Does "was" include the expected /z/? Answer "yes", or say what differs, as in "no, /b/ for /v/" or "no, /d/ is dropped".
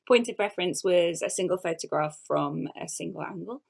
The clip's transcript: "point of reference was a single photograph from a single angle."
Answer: yes